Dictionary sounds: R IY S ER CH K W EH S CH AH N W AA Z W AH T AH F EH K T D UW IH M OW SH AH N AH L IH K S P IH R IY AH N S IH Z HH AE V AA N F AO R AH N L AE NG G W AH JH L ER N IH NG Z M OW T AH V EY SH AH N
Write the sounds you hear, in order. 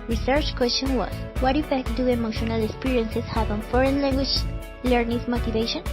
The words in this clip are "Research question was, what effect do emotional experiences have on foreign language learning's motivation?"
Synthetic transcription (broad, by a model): R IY S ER CH K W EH S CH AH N W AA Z W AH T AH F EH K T D UW IH M OW SH AH N AH L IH K S P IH R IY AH N S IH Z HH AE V AA N F AO R AH N L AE NG G W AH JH L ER N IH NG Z M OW T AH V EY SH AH N